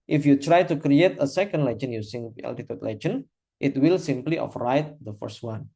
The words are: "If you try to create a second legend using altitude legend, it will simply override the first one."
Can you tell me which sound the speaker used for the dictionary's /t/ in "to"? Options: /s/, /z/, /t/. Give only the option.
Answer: /t/